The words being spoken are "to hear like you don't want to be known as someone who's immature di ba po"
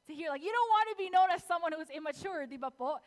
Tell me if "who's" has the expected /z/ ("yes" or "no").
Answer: yes